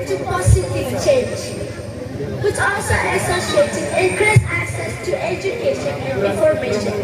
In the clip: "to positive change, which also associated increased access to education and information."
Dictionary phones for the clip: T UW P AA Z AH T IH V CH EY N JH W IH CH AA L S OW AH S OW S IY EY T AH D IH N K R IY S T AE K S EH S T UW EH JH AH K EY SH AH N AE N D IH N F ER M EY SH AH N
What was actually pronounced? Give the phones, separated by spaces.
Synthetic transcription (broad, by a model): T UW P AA S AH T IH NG CH EY N JH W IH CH AA L S OW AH S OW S IY EY T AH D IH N K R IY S AE K S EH S T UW EH JH AH K EY SH AH N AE N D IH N F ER M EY SH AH N